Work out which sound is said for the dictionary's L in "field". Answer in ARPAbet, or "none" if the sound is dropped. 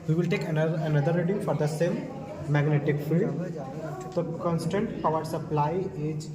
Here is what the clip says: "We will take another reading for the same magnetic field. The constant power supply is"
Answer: none